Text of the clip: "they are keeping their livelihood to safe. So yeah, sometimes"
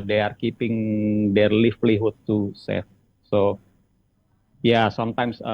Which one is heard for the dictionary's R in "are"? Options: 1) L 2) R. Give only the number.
2